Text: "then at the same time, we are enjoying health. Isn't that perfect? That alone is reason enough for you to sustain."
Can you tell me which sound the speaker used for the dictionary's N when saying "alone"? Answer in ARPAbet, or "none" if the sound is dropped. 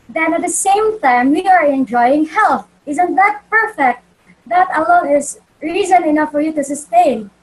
none